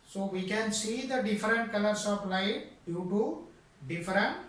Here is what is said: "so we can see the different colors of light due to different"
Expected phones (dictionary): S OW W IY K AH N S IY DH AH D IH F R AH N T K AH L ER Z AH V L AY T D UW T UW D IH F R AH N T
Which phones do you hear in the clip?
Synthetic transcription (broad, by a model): S OW W IY K AH N S IY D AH D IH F R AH N T K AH L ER S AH P L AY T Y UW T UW D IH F R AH N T